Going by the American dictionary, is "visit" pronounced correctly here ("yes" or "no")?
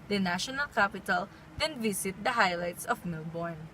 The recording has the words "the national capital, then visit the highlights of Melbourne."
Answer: no